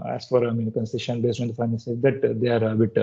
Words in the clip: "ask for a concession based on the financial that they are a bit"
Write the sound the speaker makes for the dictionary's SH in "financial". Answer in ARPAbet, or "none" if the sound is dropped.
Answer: S